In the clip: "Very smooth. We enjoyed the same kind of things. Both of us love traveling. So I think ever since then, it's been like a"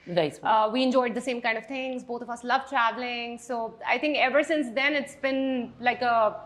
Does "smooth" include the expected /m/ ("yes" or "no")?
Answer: no